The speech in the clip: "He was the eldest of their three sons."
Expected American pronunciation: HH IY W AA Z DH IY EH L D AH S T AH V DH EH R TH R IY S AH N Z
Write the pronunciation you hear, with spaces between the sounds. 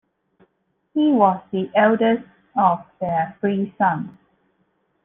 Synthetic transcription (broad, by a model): HH IY W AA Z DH IY EH L D AH S T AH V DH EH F R IY S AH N